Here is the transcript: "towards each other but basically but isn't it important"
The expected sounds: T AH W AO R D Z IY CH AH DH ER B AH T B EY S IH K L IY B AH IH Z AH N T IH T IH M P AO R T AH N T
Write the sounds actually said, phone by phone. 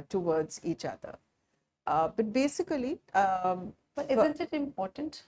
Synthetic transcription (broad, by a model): T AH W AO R D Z IY CH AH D ER B AH T B EY S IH K IY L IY IH Z AH N T IH T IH M P AO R T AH N T